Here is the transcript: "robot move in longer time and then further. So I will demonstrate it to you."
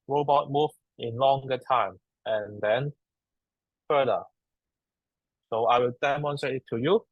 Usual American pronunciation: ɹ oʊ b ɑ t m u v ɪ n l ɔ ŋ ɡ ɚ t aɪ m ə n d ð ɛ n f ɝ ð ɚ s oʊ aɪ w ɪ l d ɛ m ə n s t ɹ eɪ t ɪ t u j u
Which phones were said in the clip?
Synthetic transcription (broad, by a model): ɹ oʊ b ɑ t m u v ɪ n l ɔ ŋ ɡ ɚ t aɪ m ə n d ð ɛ n f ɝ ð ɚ s oʊ aɪ w ɪ l d ɛ m ə n s t ɹ eɪ t ɪ t u j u